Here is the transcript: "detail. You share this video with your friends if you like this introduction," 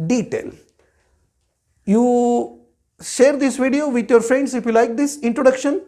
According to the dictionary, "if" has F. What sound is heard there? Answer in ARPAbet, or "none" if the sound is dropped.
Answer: F